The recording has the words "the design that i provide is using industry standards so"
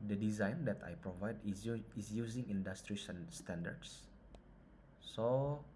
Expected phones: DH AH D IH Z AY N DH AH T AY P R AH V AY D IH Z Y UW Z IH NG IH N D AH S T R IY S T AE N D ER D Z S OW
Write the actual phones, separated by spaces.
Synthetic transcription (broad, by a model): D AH D IH Z AY N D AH T AY P R AH V AY D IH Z Y UW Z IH NG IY N D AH S T R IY S T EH N D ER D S S OW